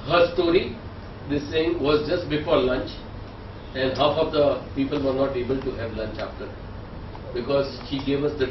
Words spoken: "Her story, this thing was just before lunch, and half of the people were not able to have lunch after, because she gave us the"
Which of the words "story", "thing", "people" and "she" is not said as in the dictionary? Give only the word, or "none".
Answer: thing